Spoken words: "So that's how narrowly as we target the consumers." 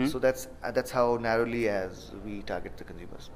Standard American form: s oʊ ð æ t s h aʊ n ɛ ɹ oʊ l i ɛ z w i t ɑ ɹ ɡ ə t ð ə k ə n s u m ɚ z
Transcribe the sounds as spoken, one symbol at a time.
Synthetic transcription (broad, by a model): s oʊ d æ t s h aʊ n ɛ ɹ oʊ l i ɛ z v i t ɑ ɹ ɡ ə t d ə k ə n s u m ɚ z